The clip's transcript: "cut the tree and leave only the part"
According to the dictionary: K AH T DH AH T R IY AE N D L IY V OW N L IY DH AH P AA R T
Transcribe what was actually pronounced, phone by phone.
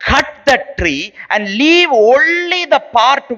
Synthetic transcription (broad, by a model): K AH T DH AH T R IY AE N D L IY V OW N L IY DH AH P AA R T